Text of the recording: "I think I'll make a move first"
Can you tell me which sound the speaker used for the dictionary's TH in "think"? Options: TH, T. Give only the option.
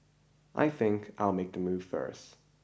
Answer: TH